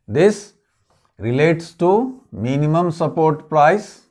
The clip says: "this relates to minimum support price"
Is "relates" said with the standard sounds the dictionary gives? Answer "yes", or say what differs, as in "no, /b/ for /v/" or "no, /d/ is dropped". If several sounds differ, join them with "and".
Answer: yes